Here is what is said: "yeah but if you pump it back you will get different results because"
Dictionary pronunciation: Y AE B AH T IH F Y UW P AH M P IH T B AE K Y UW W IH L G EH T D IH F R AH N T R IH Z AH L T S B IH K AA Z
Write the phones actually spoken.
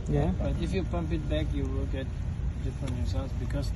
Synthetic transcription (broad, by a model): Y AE B AH T IH F Y UW P AH M P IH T B AE K Y UW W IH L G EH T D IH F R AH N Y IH S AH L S B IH K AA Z